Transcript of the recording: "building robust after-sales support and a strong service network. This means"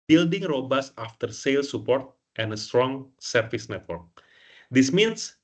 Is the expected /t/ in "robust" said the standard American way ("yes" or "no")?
no